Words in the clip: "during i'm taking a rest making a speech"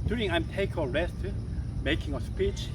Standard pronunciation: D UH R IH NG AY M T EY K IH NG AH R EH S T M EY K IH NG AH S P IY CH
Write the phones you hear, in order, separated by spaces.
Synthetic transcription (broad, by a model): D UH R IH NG AY M T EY IH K AH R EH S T M EY K IH NG AH S P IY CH